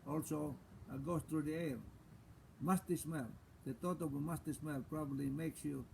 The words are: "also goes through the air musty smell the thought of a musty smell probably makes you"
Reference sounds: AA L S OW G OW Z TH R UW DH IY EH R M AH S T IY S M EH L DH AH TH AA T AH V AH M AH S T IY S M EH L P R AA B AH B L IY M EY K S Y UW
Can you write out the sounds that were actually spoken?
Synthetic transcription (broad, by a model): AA L S OW G OW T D R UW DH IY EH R M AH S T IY S M EH L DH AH T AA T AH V AH M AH S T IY S M EH L P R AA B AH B L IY M EY K S Y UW